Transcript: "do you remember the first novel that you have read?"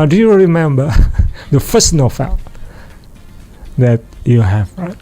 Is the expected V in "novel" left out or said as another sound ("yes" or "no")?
yes